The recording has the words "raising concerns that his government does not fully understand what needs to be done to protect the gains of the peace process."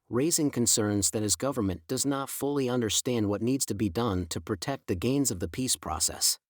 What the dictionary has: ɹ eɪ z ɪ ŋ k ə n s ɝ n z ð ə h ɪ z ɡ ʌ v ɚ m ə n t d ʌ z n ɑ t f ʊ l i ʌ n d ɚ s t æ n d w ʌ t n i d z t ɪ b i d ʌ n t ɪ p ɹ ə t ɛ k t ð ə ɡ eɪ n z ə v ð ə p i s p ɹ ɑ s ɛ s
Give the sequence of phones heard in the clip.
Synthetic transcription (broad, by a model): ɹ eɪ z ɪ ŋ k ə n s ɝ n z ð ə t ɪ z ɡ ʌ v ɚ m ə n d ʌ z n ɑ t f ʊ l i ʌ n d ɚ s t æ n d w ʌ t n i d z t ɪ b i d ʌ n t ɪ p ɹ ə t ɛ k t ð ə ɡ eɪ n z ə v ð ə p i s p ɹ ɑ s ɛ s